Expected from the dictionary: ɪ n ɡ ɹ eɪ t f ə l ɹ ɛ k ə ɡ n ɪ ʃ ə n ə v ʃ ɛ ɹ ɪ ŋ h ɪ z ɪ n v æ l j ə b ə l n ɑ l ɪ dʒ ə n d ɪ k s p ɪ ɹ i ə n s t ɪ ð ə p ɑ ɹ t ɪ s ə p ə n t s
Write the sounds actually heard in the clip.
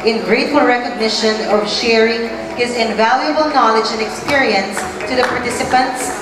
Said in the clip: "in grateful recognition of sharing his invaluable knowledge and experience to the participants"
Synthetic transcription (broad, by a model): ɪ n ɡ ɹ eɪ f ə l ɹ ɛ k ə ɡ n ɪ ʃ ə n ə v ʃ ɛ ɹ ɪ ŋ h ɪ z ɪ n v æ l j ə b ə l n ɑ l ɪ dʒ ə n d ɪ k s p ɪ ɹ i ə n s t ɪ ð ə p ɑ ɹ t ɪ s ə p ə n t s